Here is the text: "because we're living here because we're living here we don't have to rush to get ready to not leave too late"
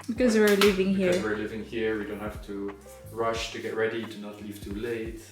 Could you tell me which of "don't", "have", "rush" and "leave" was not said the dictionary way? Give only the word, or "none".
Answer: have